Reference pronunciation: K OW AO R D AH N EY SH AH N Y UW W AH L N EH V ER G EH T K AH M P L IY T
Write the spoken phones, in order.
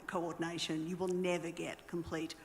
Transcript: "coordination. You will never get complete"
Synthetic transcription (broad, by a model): K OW AO R D N EY SH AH N Y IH W AH L N EH V ER G EH T K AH M P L IY T